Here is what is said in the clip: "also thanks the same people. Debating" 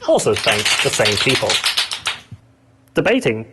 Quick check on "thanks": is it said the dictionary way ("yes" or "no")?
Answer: no